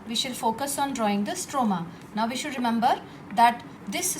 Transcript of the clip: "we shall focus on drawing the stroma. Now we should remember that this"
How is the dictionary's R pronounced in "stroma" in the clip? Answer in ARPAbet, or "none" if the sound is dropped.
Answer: R